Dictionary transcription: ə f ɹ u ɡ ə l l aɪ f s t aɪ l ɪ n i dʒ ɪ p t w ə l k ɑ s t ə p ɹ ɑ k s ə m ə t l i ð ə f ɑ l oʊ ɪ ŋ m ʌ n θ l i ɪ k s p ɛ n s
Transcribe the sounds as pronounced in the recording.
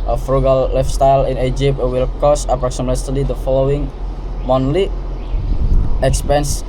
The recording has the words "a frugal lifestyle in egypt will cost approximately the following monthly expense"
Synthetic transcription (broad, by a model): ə f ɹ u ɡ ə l l aɪ f s t aɪ l ɪ n i dʒ ɪ p t w ə l k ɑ s ə p ɹ ɑ k s ə m ə t l i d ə f ɑ l oʊ ɪ ŋ m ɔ n l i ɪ k s p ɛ n s